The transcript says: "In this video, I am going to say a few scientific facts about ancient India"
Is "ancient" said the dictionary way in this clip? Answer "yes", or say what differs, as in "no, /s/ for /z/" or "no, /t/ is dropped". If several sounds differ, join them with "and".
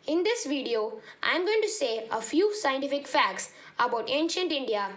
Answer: yes